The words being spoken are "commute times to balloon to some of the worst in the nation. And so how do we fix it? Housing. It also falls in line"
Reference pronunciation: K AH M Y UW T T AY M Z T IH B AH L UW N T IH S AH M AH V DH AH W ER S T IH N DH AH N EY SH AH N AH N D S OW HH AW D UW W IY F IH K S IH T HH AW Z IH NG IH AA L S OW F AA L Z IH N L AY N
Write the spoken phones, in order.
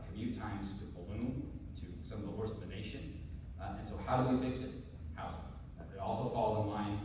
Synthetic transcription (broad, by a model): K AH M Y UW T T AY M Z T IH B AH L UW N T IH S AH M AH V DH AH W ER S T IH DH AH N EY SH AH N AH N S OW HH AW D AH W IY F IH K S IH T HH AW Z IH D AA L S OW F AA L Z IH N L AY N